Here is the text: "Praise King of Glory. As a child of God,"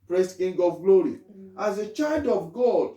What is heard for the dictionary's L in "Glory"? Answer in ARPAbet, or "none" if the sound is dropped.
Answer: L